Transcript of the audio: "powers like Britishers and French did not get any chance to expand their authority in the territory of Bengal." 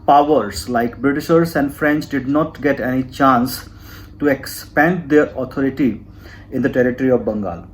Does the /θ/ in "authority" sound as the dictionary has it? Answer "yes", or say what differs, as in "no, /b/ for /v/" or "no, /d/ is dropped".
no, /t/ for /θ/